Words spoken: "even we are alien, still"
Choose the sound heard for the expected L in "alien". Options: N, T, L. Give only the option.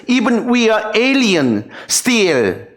L